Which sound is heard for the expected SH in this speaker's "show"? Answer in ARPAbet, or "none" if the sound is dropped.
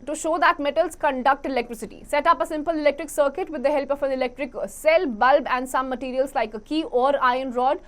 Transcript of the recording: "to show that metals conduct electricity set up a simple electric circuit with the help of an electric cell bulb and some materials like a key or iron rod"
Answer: SH